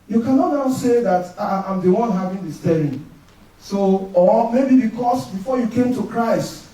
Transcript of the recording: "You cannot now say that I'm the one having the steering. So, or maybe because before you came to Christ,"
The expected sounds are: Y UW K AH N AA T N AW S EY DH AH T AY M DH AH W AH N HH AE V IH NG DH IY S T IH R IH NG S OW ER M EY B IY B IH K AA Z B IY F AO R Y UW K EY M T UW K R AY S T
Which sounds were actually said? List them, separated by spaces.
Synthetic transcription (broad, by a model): Y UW K AH N AA T N AW S EY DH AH T AY M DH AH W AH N HH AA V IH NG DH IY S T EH L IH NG S OW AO M EY B IY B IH K AA S B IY F AO Y UW K EY M T UW K R AY S T